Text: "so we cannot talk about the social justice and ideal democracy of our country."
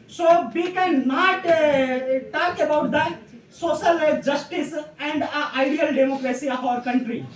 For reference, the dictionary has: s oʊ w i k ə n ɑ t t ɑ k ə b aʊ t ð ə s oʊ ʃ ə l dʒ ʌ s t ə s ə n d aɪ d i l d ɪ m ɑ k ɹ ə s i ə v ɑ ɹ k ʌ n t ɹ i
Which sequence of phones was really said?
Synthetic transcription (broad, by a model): s oʊ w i k ə n ɑ t t ɑ k ə b aʊ t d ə s oʊ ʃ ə l dʒ ʌ s t ə s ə n d aɪ d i l d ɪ m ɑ k ɹ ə s i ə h ɑ ɹ k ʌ n t ɹ i